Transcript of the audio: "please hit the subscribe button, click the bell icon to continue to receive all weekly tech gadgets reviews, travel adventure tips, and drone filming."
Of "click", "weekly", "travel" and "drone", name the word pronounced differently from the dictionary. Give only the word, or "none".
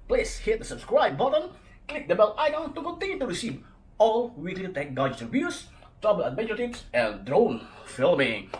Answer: travel